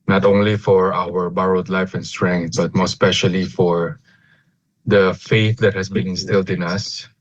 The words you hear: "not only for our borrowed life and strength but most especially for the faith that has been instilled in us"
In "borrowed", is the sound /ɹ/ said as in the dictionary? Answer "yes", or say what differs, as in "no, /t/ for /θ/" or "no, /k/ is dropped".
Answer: yes